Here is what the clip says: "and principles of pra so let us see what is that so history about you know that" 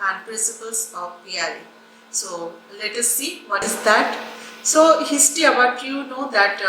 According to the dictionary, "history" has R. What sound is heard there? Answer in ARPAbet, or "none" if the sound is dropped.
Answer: none